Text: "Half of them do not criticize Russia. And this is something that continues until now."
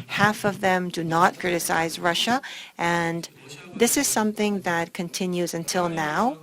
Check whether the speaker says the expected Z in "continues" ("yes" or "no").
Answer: yes